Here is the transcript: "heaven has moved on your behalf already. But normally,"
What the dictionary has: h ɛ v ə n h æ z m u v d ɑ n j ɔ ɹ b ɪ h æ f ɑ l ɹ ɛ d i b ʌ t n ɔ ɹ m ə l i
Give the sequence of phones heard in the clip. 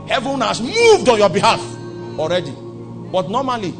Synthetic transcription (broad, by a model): h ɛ v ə n h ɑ s m u v d ɑ n j ɔ b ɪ h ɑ f ɑ l ɹ ɛ d i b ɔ t n ɔ m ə l i